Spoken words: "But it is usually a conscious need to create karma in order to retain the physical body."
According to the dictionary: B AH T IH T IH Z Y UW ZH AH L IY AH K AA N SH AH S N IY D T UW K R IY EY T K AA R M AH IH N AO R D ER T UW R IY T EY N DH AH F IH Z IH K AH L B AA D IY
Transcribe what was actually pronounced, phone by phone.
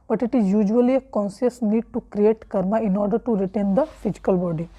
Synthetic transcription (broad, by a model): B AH T IH T IH Z Y UW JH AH L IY AH K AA N S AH S N IY D T UW K R IY EY T K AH R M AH IH N AO R D ER T UW R IY T EY N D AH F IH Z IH K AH L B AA D IY